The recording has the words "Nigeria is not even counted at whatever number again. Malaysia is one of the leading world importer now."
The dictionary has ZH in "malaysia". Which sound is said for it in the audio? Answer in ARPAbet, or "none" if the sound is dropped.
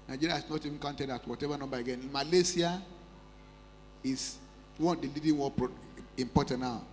S